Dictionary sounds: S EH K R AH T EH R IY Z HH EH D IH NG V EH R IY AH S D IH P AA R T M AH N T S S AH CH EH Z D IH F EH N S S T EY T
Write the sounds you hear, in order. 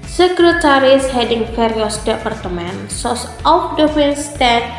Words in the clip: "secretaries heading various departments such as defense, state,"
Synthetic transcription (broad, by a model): S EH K R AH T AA R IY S HH EH D IH NG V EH R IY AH S D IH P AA R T M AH N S S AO S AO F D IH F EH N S S T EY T